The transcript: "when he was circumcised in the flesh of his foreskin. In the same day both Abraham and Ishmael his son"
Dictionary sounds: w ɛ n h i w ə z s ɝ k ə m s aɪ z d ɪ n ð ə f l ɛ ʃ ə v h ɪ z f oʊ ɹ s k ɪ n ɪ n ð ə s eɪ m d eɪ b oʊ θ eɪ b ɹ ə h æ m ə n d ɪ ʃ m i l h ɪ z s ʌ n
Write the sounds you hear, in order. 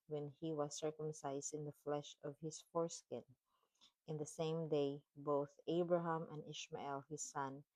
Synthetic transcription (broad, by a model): w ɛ n h i w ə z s ɝ k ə m s aɪ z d ɪ n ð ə f l ɛ ʃ ə v h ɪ s f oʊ ɹ s k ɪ n ɪ n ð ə s eɪ m d eɪ b oʊ θ eɪ b ɹ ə h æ m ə n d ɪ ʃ m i l h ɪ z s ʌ n